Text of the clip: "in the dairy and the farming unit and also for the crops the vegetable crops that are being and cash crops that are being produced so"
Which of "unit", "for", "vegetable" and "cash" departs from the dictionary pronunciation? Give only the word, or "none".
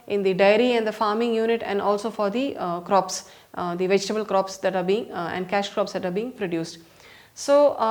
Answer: none